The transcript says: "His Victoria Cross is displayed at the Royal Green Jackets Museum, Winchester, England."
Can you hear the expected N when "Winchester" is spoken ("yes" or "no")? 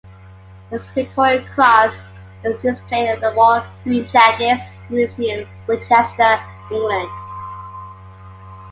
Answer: no